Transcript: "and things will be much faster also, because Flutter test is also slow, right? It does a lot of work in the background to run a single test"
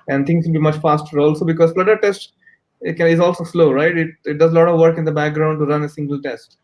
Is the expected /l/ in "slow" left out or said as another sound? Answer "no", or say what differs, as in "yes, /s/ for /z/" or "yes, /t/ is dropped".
no